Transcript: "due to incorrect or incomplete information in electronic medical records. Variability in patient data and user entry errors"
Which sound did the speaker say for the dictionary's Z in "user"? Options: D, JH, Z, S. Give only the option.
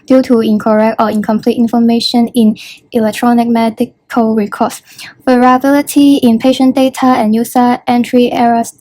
S